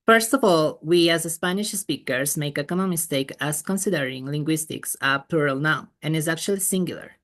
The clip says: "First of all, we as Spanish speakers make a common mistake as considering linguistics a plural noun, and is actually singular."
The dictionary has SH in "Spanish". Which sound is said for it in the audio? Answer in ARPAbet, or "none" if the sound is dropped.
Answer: SH